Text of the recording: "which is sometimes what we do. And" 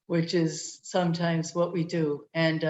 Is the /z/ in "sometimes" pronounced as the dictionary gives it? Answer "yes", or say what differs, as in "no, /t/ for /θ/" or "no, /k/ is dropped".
yes